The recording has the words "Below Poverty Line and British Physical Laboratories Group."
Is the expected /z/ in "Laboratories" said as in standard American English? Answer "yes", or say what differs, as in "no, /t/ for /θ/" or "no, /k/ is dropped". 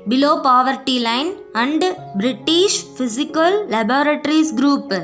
no, /s/ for /z/